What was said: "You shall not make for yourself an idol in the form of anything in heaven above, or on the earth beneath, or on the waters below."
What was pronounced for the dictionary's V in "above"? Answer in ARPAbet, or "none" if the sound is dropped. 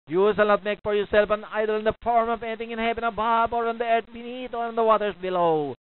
B